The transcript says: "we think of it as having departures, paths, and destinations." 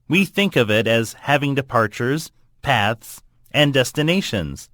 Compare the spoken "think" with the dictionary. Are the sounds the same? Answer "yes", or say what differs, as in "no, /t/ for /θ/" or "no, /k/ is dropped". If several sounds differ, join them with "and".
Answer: yes